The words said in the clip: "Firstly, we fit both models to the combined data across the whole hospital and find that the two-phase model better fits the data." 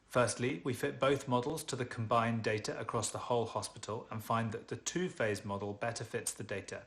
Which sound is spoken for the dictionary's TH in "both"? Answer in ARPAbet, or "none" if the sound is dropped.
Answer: TH